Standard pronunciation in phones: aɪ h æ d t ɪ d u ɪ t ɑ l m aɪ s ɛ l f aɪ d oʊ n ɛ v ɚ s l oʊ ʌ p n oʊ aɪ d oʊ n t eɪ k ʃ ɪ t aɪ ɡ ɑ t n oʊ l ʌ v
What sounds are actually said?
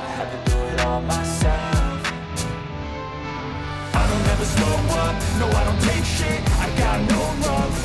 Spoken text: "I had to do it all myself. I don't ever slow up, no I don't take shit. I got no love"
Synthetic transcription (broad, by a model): aɪ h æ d t ɪ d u ɪ t ɑ l m aɪ s ɛ l f aɪ d oʊ n ɛ v ɚ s oʊ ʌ n oʊ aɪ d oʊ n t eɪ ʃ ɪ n aɪ ɡ ɑ t n oʊ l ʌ